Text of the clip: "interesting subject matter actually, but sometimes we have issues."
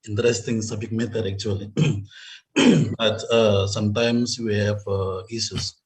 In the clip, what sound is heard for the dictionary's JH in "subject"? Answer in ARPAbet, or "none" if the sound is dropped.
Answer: none